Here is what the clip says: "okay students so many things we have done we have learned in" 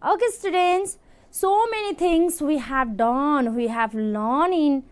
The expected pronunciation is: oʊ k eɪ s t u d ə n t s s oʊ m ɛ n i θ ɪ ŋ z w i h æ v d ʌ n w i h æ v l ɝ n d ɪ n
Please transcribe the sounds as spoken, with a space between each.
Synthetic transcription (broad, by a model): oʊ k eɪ s t u d ə n t s s oʊ m ɛ n i t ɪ ŋ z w i h æ v d ʌ n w i h æ v l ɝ n ɪ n